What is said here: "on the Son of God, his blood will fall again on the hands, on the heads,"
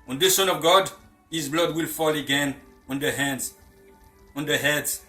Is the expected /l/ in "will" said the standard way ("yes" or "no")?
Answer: yes